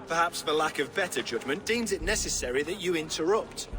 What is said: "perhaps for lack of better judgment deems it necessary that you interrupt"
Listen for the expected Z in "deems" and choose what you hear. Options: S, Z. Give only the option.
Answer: Z